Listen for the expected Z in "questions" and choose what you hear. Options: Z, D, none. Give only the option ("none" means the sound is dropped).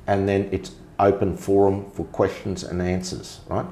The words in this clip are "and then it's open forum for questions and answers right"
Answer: Z